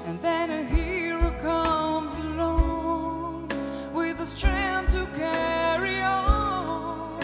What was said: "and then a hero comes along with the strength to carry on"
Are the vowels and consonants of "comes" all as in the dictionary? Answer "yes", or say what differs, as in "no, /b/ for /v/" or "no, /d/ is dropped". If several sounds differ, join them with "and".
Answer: yes